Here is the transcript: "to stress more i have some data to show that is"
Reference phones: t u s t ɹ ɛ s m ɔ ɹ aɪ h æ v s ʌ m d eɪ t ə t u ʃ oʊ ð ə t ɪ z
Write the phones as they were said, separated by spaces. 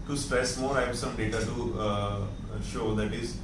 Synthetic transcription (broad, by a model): t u s t ɹ ɛ s m ɔ ɹ aɪ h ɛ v s ʌ m d eɪ t ə t u ʃ oʊ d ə t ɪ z